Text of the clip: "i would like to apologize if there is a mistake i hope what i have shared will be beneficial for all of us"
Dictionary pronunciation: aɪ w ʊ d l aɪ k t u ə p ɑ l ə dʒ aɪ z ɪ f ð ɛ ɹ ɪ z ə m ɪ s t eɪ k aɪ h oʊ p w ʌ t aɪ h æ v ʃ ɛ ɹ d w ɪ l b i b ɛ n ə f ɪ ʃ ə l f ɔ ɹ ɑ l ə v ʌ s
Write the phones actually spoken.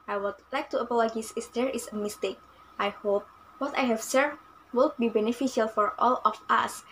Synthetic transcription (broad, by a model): aɪ w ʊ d l aɪ k t u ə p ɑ l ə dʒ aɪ s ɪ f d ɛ ɹ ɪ s ə m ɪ s t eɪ k aɪ h oʊ p w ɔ t aɪ h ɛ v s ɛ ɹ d w ɪ l b i b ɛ n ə f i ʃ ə l f ɔ ɹ ɑ l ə f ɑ s